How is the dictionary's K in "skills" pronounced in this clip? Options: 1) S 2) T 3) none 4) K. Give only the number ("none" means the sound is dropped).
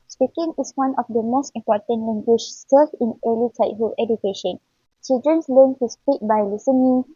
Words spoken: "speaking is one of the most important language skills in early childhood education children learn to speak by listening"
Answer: 3